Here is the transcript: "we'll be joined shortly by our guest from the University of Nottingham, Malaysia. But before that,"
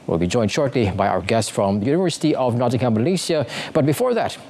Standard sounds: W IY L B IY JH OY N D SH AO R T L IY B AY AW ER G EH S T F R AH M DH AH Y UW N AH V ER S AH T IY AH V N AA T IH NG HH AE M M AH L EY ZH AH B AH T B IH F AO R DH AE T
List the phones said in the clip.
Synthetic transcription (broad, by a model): W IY L B IY JH OY N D SH AO R T L IY B AY AW ER G EH S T F R AH M DH AH Y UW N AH V ER S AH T IY AH V N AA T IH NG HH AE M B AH L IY S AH B AH T B IH F AO R DH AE T